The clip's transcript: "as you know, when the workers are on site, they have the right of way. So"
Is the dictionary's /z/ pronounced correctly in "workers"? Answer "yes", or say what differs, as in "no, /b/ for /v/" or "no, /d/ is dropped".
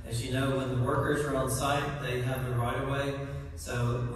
yes